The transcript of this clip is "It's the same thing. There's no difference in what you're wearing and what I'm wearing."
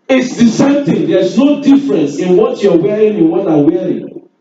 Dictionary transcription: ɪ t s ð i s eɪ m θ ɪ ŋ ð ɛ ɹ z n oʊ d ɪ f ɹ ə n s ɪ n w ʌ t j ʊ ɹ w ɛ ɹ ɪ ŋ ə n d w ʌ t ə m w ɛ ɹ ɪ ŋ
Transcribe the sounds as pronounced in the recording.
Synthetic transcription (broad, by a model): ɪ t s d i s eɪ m t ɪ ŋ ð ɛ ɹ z n oʊ d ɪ f ɹ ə n s ɪ n w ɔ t j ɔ w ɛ ɹ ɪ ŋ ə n w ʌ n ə w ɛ ɹ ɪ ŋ